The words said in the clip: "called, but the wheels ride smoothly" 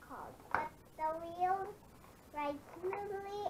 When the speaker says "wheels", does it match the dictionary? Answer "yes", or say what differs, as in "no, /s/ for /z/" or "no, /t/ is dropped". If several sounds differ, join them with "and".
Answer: no, /z/ is dropped